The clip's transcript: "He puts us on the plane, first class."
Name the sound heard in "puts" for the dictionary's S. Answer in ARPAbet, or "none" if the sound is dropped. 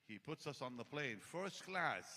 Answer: S